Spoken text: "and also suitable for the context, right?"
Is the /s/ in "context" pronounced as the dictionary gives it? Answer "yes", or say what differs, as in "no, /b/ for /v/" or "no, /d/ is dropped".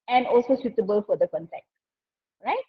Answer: no, /s/ is dropped